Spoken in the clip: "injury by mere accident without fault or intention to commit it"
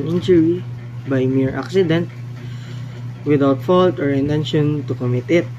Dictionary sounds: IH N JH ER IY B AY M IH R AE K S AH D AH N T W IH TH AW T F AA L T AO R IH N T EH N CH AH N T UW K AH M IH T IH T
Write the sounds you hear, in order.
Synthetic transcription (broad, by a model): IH N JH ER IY B AY M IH R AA K S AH D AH N T W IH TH AW T F AA L T AO R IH N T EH N SH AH N T UW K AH M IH T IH T